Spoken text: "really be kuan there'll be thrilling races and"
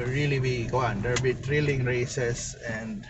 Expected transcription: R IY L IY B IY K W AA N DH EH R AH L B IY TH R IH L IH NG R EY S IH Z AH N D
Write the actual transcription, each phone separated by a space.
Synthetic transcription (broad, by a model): R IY L IY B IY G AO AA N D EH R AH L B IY T R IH L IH NG R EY S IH S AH N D